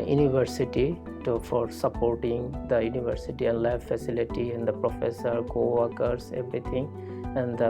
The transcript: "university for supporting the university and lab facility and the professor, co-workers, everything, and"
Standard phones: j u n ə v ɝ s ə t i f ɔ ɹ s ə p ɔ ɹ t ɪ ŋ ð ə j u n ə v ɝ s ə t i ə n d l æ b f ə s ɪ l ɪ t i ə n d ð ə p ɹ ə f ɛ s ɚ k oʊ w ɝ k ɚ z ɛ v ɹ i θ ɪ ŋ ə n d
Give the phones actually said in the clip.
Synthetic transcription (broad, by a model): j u n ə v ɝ s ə t i f ɔ ɹ s ə p ɔ ɹ t ɪ ŋ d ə j u n ə v ɝ s ə t i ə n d l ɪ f f ə s ɪ l ɪ t i ə n d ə p ɹ ə f ɛ s ɚ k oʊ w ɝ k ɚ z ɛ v ɹ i t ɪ ŋ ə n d